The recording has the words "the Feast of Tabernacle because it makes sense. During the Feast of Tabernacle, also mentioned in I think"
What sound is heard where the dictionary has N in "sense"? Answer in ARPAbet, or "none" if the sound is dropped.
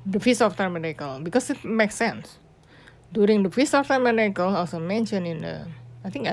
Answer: N